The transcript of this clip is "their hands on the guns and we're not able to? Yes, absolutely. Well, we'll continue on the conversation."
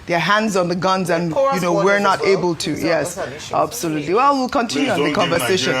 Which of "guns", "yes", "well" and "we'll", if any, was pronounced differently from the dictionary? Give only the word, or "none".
none